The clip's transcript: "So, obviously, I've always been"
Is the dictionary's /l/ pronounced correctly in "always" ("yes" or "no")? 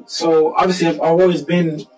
no